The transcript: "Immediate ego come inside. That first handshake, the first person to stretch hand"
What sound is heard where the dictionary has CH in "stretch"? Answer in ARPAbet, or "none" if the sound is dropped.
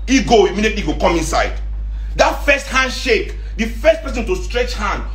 CH